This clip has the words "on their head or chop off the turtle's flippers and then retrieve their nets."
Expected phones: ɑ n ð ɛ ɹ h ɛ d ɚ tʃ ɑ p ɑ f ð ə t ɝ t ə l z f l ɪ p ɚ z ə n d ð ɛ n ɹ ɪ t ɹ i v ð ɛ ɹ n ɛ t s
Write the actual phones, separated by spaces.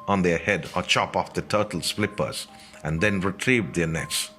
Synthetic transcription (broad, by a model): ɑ n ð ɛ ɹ h ɛ d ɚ tʃ ɑ p ɑ f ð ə t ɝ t l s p l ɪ p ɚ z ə n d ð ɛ n ɹ ɪ t ɹ i v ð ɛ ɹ n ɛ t s